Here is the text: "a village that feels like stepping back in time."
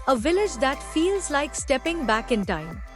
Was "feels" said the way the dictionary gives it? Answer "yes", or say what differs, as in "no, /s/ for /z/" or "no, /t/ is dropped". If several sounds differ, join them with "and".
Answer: yes